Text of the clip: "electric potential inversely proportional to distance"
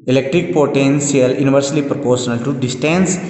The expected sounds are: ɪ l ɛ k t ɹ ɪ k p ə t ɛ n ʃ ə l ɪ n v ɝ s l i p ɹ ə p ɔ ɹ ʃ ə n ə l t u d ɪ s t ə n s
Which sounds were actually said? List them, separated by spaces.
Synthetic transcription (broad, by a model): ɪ l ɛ k t ɹ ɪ k p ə t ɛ n s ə l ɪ n v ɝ s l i p ɹ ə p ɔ ɹ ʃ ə n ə l t u d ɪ s t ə n s